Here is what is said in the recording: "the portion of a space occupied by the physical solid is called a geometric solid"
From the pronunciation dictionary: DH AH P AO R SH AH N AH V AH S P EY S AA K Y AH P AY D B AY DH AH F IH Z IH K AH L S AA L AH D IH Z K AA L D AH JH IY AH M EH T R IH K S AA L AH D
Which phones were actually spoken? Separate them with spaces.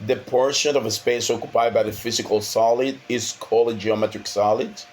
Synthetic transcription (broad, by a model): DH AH P AO R SH AH N AH V AH S P EY S AA K Y AH P AY D B AY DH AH F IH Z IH K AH L S AA L AH D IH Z K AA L AH JH IY AH M EH T R IH K S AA L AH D